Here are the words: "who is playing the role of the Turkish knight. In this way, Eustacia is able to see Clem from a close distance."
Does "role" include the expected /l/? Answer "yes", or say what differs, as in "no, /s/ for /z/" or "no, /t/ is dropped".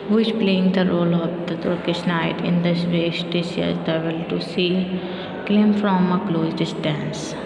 yes